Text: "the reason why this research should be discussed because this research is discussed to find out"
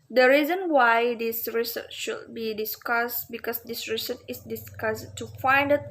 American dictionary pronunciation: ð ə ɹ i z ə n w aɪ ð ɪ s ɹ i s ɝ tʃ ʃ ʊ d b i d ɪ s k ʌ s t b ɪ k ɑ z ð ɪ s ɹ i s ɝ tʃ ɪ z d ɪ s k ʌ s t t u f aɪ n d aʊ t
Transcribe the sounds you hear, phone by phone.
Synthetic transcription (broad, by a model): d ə ɹ i z ə n w aɪ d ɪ s ɹ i s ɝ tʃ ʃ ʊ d b i d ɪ s k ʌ s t b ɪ k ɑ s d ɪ s ɹ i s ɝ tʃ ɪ s d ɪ s k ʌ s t t u f aɪ n d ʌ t